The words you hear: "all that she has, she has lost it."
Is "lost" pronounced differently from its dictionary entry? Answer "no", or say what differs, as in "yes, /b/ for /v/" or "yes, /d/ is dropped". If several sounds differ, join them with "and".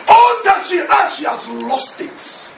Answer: no